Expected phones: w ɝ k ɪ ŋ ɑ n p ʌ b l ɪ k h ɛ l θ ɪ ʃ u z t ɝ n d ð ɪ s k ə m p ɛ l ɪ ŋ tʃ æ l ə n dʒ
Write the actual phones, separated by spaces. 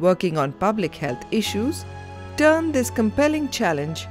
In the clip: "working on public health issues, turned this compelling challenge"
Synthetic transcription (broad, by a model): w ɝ k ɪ ŋ ɑ n p ʌ b l ɪ k h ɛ l t ɪ ʃ u z t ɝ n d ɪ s k ə m p ɛ l ɪ ŋ tʃ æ l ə n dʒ